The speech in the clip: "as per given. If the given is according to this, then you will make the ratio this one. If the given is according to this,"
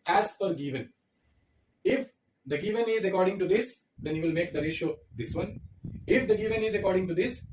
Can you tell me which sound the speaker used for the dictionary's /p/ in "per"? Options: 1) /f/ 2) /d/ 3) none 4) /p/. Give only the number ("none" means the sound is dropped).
1